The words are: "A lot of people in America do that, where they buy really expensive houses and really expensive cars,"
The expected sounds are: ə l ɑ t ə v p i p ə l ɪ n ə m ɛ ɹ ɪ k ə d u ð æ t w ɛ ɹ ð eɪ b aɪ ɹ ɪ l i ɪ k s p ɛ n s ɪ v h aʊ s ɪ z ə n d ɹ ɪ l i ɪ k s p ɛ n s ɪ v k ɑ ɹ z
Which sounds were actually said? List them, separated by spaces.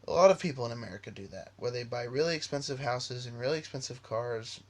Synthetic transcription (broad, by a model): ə l ɑ t ə v p i p l ɪ n ə m ɛ ɹ ɪ k ə d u ð æ t w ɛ ɹ ð eɪ b aɪ ɹ ɪ l i ɪ k s p ɛ n s ɪ v h aʊ s ɪ z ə n ɹ ɪ l i ɪ k s p ɛ n s ɪ v k ɑ ɹ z